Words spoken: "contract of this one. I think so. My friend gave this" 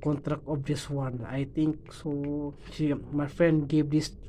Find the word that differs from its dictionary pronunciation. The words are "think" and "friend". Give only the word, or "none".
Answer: think